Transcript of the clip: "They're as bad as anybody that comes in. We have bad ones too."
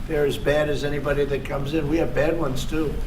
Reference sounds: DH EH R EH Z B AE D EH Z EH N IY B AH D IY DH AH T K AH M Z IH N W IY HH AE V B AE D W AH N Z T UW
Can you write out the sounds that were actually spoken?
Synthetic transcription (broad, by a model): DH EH R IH Z B AE D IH Z EH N IY B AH D IY DH AH T K AH M Z IH N W IY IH V B AE D W AH N Z T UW